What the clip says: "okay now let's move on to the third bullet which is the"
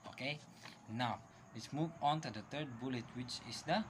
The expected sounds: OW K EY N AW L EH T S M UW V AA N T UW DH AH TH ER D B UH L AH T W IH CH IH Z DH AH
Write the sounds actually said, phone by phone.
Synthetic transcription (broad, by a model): OW K EY N AW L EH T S M UW V AA N T UW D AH T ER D B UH L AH T W IH CH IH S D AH